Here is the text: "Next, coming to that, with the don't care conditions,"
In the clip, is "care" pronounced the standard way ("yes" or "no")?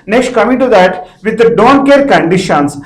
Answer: yes